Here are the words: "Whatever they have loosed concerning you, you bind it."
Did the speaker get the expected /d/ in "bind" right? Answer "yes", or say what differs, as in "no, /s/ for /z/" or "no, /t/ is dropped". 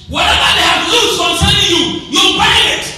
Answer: no, /d/ is dropped